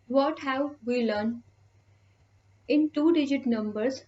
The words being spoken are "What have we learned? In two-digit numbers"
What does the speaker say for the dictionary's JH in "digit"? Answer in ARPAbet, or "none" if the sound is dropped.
JH